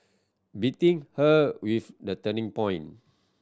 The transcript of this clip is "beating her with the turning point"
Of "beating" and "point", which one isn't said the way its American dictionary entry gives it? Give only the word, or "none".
point